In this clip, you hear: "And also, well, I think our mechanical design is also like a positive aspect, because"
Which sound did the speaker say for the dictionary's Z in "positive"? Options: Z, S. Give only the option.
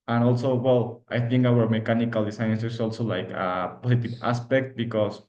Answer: S